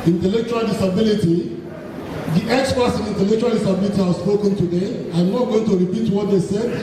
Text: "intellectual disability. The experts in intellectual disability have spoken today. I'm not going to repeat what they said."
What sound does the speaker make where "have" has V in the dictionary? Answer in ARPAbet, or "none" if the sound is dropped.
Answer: W